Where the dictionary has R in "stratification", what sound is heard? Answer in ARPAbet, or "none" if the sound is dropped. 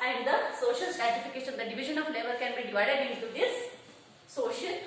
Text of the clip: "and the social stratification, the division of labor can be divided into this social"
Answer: none